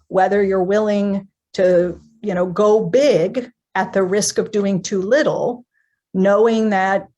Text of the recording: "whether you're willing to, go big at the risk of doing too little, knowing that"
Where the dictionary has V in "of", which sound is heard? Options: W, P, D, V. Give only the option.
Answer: V